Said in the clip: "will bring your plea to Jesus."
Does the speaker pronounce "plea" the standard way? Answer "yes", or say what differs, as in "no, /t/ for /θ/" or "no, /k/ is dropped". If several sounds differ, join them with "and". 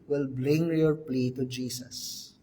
yes